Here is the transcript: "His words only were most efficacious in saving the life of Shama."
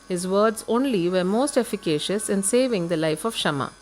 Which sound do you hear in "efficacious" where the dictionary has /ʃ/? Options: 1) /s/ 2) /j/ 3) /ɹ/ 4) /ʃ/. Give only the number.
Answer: 4